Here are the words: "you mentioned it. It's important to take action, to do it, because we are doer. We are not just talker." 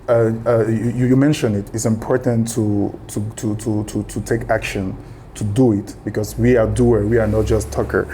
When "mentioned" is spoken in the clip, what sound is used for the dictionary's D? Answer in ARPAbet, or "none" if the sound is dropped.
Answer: none